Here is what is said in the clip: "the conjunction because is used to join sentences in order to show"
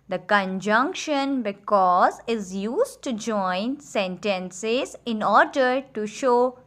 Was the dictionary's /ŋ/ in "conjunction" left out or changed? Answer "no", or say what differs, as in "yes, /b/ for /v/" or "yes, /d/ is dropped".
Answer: no